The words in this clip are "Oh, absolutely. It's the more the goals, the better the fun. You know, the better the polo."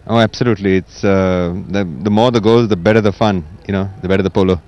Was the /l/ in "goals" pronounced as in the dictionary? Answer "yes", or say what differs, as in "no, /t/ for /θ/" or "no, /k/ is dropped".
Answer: no, /l/ is dropped